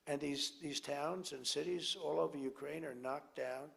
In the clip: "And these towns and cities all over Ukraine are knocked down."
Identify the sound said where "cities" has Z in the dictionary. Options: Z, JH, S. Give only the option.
Z